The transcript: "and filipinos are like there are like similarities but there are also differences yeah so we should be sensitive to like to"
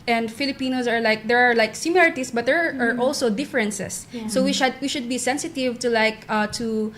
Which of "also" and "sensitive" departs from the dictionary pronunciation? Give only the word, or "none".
none